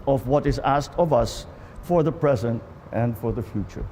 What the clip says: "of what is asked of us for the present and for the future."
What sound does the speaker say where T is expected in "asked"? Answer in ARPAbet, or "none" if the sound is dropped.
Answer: T